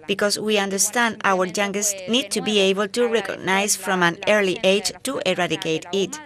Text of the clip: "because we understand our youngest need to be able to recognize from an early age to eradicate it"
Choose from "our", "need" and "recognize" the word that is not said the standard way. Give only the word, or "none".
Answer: recognize